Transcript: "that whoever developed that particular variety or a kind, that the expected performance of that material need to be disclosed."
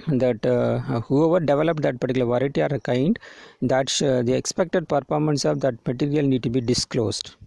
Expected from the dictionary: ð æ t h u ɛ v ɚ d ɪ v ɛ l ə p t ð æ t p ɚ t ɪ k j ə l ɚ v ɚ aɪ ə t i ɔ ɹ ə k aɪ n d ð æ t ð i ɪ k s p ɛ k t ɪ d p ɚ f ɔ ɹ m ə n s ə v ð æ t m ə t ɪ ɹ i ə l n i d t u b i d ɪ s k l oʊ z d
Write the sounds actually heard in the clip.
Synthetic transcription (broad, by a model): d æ t h u ɛ v ɚ d ɪ v ɛ l ə p t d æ t p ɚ t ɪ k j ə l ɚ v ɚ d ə t i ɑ ɹ ə k aɪ n d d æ t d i ɪ k s p ɛ k t ɪ d p ɚ f ɔ ɹ m ə n s ə v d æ t m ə t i ɹ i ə l n i d t u b i d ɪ s k l oʊ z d